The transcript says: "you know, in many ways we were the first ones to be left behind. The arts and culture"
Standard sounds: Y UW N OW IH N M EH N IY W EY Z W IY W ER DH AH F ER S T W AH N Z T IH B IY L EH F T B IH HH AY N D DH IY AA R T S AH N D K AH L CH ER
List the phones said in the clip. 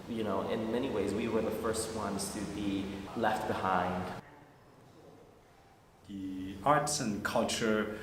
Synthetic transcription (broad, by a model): Y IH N OW IH N M EH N IY W EY Z W IY W ER DH AH F ER S T W AH N Z T IH B IY L EH F T B IH HH AY N D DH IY AA R T S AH N K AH L CH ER